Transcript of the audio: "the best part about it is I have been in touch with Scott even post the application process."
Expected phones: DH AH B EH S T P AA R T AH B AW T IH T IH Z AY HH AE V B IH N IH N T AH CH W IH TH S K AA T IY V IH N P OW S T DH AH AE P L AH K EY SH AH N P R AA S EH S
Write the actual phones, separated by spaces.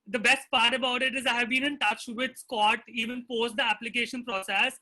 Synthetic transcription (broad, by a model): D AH B EH S T P AA R T AH B AW T IH T IH Z AY HH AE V B IH N IH N T AH CH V IH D S K AA T IY V IH N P OW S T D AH AE P L AH K EY SH AH N P R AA S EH S